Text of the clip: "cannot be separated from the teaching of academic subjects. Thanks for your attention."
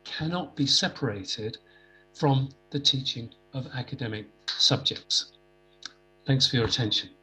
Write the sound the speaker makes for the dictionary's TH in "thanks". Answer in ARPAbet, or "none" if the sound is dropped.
TH